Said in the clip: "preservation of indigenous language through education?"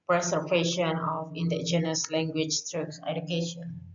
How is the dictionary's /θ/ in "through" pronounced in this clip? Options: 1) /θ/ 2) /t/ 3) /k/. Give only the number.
2